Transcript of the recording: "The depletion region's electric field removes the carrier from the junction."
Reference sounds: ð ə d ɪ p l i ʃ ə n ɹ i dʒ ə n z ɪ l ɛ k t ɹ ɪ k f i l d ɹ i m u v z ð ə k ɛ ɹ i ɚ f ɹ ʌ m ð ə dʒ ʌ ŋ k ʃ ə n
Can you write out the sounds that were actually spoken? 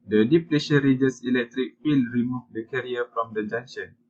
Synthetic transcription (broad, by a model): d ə d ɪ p l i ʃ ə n ɹ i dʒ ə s ɪ l ɛ k t ɹ ɪ k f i l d ɹ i m u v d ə k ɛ ɹ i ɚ f ɹ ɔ m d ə dʒ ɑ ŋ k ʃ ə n